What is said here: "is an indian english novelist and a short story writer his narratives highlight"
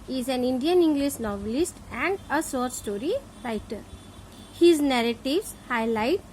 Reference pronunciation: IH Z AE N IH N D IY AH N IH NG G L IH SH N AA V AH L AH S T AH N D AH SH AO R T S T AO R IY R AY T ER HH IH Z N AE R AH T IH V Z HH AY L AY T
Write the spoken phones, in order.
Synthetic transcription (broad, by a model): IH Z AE N IH N D IY AH N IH NG G L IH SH N AA V AH L AH S T AH N D AH S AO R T S T AO R IY R AY T ER HH IH Z N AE R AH T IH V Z HH AY L AY T